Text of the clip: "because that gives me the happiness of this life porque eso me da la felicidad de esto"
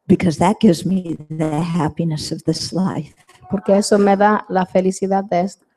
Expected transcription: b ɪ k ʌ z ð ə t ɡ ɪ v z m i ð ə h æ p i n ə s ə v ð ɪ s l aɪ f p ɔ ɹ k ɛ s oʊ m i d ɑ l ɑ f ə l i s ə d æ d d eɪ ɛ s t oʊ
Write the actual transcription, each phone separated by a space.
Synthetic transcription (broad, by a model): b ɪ k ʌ z ð ə t ɡ ɪ v z m i ð ə h æ p i n ə s ə v ð ɪ s l aɪ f p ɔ ɹ k ɛ s oʊ m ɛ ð ɑ l ɑ f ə l i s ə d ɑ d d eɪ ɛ s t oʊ